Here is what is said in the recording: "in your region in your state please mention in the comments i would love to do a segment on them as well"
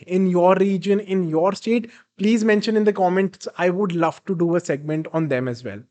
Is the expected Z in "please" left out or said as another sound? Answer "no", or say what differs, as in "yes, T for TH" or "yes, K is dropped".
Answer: no